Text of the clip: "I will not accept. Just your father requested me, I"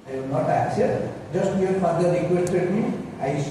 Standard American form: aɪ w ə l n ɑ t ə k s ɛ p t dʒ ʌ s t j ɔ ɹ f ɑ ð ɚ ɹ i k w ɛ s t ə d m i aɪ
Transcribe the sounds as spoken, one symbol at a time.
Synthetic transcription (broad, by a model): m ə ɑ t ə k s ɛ t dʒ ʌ s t j ɔ ɹ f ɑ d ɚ ɹ i k w ɛ s t ə d m i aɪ